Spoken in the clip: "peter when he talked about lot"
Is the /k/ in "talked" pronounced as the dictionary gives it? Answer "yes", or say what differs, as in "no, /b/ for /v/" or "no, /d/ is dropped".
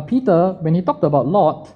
yes